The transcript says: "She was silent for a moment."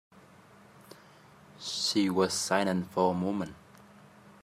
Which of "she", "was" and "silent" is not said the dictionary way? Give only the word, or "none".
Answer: silent